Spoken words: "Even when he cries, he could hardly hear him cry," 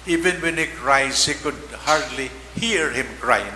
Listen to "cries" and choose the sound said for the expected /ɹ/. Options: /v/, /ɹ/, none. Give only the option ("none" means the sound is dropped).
/ɹ/